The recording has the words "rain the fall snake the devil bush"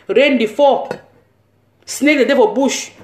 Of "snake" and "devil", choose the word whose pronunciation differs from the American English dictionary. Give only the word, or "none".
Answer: devil